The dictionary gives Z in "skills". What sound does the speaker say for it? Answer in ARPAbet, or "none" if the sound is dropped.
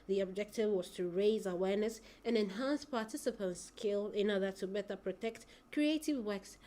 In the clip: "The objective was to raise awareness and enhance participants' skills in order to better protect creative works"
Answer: none